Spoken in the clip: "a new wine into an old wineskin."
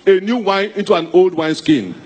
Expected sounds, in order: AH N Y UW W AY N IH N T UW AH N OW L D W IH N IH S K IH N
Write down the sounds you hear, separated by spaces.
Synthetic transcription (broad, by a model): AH N Y UW W AY N IH N T UW AH N OW L D W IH N S K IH N